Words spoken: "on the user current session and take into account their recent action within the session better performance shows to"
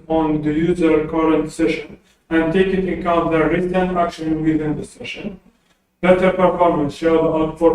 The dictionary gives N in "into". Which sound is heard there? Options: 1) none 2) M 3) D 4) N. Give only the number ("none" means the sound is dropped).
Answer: 1